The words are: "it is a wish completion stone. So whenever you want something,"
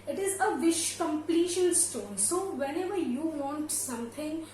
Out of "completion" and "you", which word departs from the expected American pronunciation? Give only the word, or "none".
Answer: completion